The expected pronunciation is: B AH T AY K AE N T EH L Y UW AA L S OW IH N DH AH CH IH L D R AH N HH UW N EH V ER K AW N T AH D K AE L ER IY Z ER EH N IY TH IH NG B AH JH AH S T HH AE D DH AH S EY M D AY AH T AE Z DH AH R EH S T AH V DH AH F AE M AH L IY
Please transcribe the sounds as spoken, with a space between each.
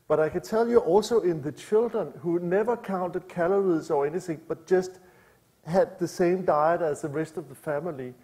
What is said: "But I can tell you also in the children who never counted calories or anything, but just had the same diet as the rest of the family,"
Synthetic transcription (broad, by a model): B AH T AY K AE N S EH L Y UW AA L S OW IH N DH AH CH IH L D R AH N HH UW N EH V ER K AW N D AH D K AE L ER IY S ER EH N IY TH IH NG B AH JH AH S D HH AE D DH AH S EY M D AY AH T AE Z DH AH R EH S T AH V DH AH F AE M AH L IY